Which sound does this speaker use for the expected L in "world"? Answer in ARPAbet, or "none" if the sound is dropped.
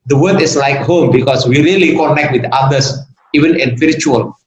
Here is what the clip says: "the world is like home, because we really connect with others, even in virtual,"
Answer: none